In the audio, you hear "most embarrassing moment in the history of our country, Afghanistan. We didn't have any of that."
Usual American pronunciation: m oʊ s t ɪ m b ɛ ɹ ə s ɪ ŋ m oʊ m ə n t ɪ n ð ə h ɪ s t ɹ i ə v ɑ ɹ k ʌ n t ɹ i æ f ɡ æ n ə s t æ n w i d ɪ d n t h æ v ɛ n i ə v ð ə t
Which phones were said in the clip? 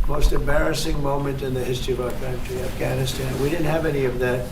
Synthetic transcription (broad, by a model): m oʊ s t ɪ m b ɛ ɹ ə s ɪ ŋ m oʊ m ə n t ɪ n ð ə h ɪ s t ɹ i ə v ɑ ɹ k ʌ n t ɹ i æ f ɡ æ n ə s t æ n w i d ɪ d n t h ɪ v ɛ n i ə v ð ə t